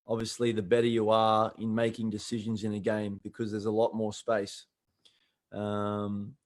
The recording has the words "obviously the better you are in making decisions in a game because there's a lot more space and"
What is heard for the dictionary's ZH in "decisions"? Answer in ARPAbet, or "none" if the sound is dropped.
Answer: ZH